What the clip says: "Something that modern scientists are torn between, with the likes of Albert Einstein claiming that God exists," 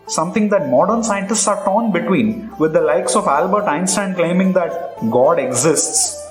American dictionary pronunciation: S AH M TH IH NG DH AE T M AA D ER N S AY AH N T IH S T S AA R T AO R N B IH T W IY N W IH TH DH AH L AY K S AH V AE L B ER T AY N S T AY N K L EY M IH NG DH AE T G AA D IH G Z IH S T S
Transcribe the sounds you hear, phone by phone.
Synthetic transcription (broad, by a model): S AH M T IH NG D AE T M AA D ER N S AY AH N T IH S T S AA R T AO N B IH T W IY N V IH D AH L AY K S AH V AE L B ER T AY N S T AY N K L EY M IH NG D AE T G AA D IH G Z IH S T S